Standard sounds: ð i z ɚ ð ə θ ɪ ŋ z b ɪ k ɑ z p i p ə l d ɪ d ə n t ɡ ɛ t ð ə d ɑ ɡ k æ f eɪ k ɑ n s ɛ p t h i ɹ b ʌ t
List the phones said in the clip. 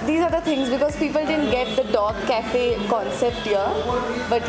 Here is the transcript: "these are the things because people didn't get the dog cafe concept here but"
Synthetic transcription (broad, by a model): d i z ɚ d ə t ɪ ŋ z b ɪ k ɑ z p i p ə l d ɪ d ə n t ɡ ɛ t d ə d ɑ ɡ k æ f eɪ k ɑ n s ɛ p t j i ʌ b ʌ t